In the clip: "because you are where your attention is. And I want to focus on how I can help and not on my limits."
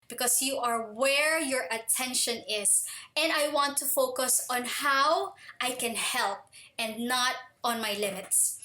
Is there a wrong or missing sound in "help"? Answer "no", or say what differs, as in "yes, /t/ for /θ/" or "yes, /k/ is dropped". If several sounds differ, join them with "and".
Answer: no